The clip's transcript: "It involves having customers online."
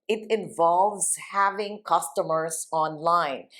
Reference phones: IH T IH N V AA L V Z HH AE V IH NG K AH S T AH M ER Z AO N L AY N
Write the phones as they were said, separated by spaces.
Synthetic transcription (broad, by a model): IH T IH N V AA L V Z HH AE V IH NG K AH S T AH M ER S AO N L AY N